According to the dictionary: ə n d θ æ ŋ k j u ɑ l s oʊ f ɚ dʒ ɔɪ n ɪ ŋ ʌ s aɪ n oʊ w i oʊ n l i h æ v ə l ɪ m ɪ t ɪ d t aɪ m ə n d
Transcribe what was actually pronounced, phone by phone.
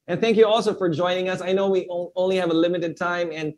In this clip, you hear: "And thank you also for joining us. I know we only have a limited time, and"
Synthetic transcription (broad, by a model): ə n θ æ ŋ k j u ɑ l s oʊ f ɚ dʒ ɔɪ n ɪ ŋ ʌ s aɪ n oʊ w i oʊ n l i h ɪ v ə l ɪ m ɪ t ɪ d t aɪ m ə n